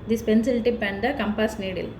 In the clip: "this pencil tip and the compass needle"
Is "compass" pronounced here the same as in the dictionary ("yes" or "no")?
yes